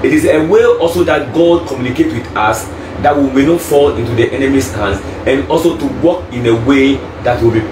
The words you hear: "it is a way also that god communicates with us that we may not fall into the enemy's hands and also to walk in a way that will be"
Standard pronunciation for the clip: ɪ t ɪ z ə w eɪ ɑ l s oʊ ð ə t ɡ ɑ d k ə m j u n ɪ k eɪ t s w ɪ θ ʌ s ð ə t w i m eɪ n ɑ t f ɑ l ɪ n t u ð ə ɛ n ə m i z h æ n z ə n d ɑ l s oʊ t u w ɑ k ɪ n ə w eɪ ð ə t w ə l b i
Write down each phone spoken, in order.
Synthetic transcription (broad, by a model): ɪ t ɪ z ə w eɪ ɑ l s oʊ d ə t ɡ ɑ d k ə m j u n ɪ k eɪ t w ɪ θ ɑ s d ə t w i m eɪ n ɑ t f ɑ l ɪ n t u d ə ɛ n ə m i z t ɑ n s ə n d ɑ l s oʊ t u w ɑ k ɪ n ə w eɪ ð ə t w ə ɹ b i